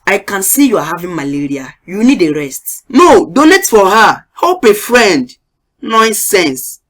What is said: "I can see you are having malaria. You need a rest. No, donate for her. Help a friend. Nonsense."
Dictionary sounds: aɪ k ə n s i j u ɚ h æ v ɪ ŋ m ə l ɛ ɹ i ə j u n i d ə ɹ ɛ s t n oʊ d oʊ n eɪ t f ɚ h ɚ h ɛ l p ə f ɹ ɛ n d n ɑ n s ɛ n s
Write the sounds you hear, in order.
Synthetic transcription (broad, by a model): aɪ k ə n s i j u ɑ h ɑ v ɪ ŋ m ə l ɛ ɹ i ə j u n i d ə ɹ ɛ s t n oʊ d oʊ n eɪ t f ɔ h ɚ h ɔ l p ə f ɹ ɛ n d n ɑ n s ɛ n s